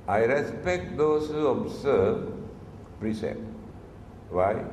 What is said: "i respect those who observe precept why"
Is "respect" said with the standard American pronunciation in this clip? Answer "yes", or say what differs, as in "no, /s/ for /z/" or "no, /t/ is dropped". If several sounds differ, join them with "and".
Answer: yes